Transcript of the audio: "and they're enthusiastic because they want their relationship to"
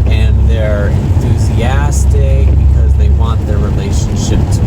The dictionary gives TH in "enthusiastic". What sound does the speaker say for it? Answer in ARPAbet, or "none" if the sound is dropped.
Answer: TH